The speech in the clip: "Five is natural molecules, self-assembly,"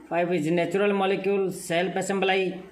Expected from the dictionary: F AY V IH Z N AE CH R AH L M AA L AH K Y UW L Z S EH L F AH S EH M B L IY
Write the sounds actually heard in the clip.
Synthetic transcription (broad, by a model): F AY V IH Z N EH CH R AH L M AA L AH K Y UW L S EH L P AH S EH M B L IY